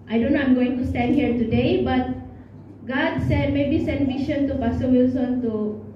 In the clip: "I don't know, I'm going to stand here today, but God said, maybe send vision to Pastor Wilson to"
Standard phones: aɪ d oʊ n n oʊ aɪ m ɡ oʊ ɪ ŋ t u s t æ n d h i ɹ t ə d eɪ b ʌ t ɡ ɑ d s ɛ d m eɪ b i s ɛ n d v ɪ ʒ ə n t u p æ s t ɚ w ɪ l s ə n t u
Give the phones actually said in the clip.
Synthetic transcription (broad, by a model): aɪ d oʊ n n oʊ aɪ m ɡ oʊ ɪ ŋ t u s t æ n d h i ɹ t ə d eɪ b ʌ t ɡ ɑ d s ɛ d m eɪ b i s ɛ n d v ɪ ʃ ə n t u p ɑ s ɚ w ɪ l s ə n t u